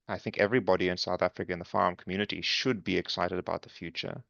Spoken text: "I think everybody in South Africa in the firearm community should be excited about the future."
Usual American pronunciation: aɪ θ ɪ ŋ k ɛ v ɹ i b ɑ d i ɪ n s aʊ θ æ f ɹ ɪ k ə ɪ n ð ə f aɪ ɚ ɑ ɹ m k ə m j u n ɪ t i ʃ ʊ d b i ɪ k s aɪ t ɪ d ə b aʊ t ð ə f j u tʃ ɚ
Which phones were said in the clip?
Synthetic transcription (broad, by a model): aɪ θ ɪ ŋ k ɛ v ɹ i b ɑ d i ɪ n s aʊ θ æ f ɹ ɪ k ə ɪ n ð ə f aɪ ɑ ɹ m k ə m j u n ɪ t i ʃ ʊ d b i ɪ k s aɪ t ɪ d ə b aʊ t ð ə f j u tʃ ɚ